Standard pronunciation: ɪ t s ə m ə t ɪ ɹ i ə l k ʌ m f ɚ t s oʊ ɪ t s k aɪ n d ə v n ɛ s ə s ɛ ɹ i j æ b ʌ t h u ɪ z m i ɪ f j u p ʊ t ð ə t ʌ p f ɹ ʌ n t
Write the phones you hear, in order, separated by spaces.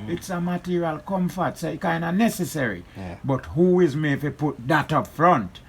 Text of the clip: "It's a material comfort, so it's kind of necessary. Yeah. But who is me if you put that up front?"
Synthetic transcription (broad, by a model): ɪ t s ə m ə t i ɹ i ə l k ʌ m f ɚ t s oʊ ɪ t k aɪ n d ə n ɛ s ə s ɛ ɹ i b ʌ t h u ɪ z m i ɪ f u p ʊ t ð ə t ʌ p f ɹ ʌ n t